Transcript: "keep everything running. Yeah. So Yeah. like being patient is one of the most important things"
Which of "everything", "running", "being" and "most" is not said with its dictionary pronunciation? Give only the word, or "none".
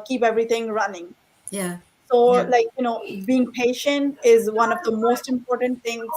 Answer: everything